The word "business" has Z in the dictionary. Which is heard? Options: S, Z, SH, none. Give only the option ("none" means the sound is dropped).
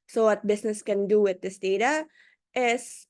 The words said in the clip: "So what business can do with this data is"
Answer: S